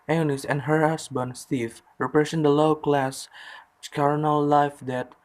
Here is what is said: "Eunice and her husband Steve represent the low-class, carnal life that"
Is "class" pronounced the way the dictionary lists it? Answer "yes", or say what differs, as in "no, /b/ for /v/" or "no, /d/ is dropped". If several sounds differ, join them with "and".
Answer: yes